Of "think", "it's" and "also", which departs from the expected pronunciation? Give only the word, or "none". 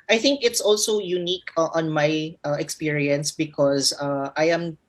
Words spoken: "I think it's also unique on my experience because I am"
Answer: none